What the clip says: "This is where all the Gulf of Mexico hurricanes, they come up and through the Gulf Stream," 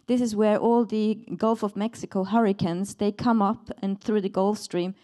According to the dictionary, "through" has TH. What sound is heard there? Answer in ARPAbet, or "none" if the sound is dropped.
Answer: TH